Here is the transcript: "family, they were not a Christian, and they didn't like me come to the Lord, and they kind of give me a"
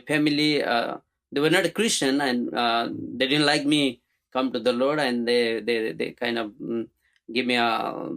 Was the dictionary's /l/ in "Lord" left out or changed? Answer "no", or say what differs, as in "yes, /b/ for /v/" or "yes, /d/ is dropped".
no